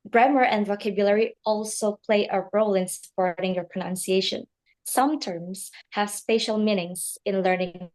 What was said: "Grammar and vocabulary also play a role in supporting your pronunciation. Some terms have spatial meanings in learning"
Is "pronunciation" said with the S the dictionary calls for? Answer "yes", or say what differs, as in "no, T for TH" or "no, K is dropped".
yes